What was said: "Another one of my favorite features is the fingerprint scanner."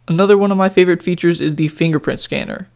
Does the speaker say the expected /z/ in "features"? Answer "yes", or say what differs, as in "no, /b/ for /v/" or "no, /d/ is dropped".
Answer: yes